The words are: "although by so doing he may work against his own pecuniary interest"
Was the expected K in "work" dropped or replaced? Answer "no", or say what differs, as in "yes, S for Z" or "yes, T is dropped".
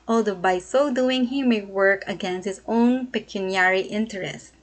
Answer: no